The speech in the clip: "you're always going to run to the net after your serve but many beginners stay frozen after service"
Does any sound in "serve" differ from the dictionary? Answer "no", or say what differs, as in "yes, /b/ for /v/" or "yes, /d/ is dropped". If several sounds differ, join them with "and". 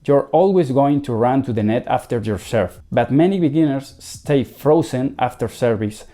yes, /f/ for /v/